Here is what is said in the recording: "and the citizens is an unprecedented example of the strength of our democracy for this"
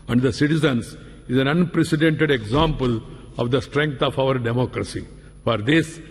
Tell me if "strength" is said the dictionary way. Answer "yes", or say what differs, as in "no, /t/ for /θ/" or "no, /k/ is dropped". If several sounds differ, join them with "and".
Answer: no, /f/ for /θ/